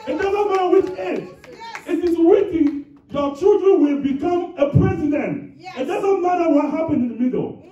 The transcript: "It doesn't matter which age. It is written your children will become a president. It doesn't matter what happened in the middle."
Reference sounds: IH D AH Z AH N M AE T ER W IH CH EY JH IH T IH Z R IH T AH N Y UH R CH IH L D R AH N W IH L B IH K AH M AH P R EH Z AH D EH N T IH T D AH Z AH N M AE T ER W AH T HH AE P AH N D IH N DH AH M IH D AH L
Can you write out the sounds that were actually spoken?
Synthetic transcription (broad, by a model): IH D AH Z AH N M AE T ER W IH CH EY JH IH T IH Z W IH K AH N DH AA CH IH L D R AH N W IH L B IH K AH M AH P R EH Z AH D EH N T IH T D AH Z AH N M AE T ER W AH T HH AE P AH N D IH N DH AH M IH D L